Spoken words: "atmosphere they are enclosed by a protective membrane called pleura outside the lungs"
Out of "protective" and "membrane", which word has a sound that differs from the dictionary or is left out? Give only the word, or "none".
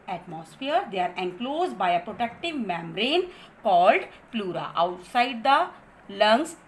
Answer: membrane